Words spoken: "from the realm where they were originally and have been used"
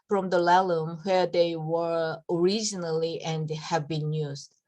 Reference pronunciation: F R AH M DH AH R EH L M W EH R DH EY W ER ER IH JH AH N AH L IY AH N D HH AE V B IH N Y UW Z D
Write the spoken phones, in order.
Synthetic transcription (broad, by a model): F R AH M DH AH L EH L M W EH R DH EY W ER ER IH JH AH N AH L IY AH N D HH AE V B IH N Y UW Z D